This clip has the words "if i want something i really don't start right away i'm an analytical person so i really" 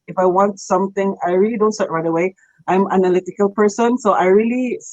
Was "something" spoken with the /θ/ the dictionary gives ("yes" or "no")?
no